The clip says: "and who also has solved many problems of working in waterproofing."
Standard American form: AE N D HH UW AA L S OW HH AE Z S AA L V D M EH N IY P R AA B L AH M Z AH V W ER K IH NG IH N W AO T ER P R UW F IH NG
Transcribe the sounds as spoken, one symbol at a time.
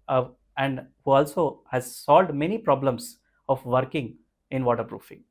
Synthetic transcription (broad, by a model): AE N D HH UW AA L S OW HH AE Z S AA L D M EH N IY P R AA B L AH M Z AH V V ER K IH NG IH N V AO T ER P R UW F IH NG